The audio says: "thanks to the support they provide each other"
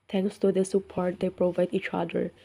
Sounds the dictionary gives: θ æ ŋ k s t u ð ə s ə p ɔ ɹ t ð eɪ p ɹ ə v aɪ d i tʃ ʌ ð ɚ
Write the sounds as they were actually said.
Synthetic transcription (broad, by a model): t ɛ ŋ k s t u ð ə s ə p ɔ ɹ t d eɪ p ɹ ə v aɪ d i tʃ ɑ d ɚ